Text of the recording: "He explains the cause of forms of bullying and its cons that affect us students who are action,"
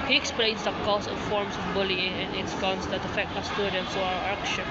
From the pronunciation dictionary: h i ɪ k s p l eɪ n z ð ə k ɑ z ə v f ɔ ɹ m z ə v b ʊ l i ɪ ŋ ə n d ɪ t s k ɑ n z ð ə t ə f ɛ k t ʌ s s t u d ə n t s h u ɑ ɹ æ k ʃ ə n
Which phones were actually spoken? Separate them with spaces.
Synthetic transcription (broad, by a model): h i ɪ k s p l eɪ n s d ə k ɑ s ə f ɔ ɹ m s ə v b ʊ l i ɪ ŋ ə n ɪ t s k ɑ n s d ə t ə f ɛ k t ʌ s s t u d ə n t s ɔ ɑ w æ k ʃ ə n